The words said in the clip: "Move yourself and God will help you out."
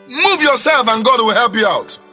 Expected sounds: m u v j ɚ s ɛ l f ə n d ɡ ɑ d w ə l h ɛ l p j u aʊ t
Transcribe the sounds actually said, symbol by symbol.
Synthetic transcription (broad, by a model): m u v j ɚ s ɛ l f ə n ɡ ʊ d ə w h ɛ l p j u aʊ t